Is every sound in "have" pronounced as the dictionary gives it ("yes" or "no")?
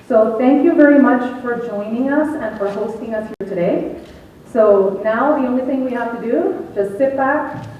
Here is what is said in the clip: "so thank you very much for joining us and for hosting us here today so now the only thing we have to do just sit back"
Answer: no